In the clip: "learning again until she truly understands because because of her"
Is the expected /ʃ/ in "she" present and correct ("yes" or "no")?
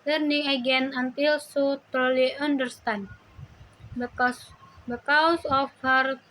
no